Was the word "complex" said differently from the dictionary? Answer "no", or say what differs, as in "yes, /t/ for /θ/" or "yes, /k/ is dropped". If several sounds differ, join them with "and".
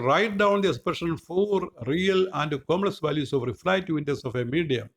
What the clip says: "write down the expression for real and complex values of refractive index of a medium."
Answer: yes, /p/ is dropped and /k/ is dropped